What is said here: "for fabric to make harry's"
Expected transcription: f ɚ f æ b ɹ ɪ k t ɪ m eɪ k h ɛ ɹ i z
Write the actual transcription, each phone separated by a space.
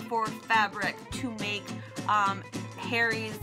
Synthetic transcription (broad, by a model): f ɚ f æ b ɹ ɪ k t ɪ m eɪ k h ɛ ɹ i z